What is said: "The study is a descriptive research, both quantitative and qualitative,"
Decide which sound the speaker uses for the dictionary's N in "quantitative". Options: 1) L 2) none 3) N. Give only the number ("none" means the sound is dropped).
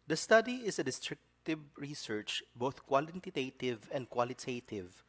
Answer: 1